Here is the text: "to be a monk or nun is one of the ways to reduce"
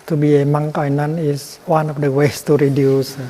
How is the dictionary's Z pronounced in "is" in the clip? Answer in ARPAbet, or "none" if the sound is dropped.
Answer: S